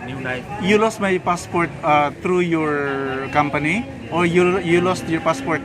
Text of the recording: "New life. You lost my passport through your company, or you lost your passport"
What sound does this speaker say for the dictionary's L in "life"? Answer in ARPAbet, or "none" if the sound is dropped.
N